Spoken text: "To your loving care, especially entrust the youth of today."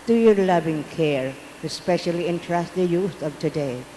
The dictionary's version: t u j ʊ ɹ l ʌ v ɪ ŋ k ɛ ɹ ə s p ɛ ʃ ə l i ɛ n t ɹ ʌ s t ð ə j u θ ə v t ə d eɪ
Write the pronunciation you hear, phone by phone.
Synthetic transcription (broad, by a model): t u j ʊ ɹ l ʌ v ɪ ŋ k ɛ ɹ ə s p ɛ ʃ ə l i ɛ n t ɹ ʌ s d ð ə j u s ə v t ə d eɪ